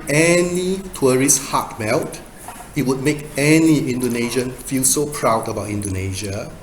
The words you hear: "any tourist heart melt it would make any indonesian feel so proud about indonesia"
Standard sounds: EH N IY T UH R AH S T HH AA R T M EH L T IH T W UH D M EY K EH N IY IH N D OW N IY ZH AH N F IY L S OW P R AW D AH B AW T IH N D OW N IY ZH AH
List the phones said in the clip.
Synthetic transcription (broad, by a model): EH N IY T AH R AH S HH AA T M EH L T IH T W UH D M EY K EH N IY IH N D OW N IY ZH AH N F IY L S OW P R AW D AH B AW T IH N D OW N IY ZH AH